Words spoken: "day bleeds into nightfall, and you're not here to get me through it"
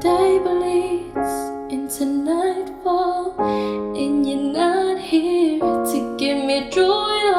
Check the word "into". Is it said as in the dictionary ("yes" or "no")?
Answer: yes